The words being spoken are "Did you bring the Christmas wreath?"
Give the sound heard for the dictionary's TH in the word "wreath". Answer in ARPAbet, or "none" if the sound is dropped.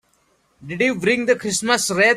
T